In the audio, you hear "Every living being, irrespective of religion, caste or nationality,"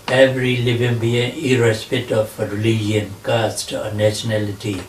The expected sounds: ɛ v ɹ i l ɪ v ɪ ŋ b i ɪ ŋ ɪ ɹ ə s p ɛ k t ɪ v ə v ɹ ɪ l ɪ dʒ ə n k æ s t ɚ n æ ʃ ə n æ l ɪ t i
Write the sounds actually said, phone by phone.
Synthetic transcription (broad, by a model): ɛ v ɹ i l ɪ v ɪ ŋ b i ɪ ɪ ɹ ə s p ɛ t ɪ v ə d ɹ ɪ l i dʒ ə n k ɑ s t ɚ n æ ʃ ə n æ l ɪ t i